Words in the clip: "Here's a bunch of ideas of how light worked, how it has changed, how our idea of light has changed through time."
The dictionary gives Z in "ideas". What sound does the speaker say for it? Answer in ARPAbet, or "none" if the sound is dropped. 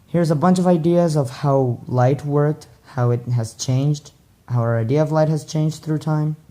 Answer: Z